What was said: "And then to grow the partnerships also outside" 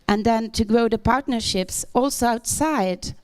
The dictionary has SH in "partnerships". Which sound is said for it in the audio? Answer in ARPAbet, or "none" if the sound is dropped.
SH